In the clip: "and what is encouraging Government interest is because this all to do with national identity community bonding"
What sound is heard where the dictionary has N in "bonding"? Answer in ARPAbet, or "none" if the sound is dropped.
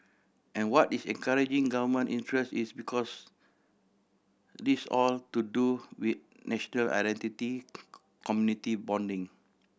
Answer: N